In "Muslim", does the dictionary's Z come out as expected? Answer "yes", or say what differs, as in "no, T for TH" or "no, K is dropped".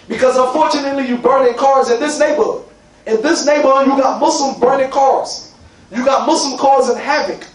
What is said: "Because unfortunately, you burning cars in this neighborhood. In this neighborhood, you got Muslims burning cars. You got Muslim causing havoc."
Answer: no, S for Z